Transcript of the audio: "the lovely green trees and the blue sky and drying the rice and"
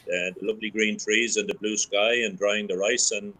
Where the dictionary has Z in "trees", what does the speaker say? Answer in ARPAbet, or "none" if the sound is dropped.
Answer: Z